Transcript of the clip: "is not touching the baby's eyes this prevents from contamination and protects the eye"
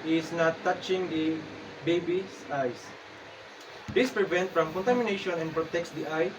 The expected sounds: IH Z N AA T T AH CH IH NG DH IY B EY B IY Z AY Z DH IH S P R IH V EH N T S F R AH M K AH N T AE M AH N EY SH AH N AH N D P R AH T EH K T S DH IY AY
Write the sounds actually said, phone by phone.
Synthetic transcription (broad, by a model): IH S N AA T T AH CH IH NG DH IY B EY B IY S AY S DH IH S P R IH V EH N T F R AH M K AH N T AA M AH N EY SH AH N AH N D P R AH T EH K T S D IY AY